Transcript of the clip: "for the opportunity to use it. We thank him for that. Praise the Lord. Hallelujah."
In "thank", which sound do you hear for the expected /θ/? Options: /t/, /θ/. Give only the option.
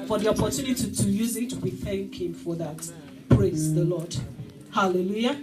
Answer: /θ/